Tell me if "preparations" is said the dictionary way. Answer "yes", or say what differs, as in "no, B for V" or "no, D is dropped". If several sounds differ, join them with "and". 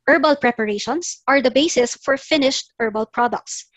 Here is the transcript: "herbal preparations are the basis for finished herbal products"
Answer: no, S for Z